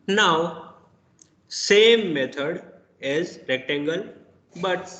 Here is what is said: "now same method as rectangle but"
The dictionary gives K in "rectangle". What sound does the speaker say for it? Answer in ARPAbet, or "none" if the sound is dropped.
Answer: K